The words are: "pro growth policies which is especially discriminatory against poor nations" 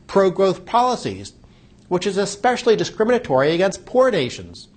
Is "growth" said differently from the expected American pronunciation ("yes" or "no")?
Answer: no